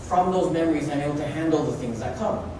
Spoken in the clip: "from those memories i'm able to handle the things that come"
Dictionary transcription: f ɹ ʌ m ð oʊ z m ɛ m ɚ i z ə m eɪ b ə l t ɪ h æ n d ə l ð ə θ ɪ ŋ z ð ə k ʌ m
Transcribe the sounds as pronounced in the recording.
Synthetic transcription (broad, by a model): f ɹ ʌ m ð oʊ z m ɛ m ɚ i z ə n eɪ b l t ɪ h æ n d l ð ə θ ɪ ŋ z ð ə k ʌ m